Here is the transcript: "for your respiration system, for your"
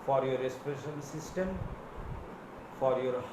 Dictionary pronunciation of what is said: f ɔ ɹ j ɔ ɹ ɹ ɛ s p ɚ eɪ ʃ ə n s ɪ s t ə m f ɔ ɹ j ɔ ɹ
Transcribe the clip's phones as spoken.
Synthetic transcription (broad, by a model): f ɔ ɹ j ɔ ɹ ɹ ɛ s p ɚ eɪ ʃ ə l s ɪ s t ə m f ɔ ɹ j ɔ ɹ